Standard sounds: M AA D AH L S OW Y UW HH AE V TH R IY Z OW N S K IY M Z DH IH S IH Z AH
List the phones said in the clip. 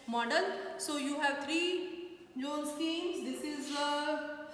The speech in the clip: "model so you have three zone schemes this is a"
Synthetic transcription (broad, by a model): M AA D AH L S OW Y UW HH AE V T R IY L OW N S IY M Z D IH S IH Z